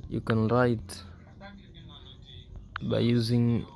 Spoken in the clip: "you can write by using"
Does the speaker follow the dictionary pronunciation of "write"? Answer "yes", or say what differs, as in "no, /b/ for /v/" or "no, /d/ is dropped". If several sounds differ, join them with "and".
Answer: yes